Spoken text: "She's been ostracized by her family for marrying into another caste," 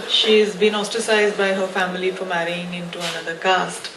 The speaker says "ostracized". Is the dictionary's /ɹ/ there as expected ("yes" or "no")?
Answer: no